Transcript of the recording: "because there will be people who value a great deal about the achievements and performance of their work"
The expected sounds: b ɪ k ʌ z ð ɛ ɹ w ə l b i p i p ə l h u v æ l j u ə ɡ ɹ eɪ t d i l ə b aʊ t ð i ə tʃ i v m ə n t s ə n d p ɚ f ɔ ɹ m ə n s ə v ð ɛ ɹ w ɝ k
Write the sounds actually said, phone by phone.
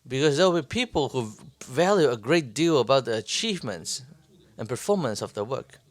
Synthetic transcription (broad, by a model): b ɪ k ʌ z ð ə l b i p i p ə l h u v æ l j u ə ɡ ɹ eɪ t d i l ə b aʊ t ð i ə tʃ i v m ə n t s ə n p ɚ f ɔ ɹ m ə n s ə v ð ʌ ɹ w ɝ k